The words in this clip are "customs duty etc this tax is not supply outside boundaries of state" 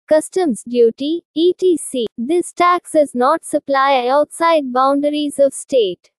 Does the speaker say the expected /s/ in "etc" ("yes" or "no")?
no